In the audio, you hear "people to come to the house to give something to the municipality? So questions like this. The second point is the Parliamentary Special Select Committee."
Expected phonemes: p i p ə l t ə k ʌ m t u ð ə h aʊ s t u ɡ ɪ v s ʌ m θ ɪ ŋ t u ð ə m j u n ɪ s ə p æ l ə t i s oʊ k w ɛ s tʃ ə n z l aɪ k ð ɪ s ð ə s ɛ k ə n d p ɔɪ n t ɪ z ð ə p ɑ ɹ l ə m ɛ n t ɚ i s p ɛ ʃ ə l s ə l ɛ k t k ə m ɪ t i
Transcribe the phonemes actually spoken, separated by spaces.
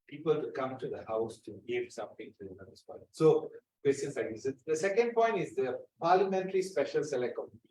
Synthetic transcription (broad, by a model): p i p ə l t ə k ʌ m t u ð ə h aʊ s t u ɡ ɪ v s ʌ m t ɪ ŋ t u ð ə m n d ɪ s p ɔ ə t s oʊ k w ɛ s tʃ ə n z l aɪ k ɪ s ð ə s ɛ k ə n d p ɔɪ n t ɪ z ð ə p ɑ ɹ l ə m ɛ n t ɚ i s p ɛ ʃ ə l s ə l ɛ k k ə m